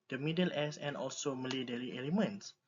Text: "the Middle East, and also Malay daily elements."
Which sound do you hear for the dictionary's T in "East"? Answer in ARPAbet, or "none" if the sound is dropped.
none